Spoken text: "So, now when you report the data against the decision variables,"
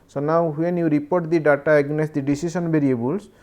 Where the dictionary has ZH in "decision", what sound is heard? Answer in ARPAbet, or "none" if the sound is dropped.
S